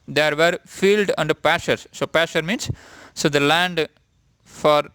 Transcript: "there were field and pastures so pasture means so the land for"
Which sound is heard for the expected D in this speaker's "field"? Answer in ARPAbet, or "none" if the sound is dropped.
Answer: D